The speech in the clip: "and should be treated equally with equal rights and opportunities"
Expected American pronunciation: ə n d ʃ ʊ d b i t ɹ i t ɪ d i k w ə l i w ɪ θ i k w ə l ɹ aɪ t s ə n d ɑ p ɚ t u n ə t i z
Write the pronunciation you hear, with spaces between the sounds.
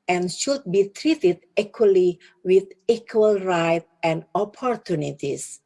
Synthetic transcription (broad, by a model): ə n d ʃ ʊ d b i t ɹ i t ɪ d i k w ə l i w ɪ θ i k w ə l ɹ aɪ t ə n d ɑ p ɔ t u n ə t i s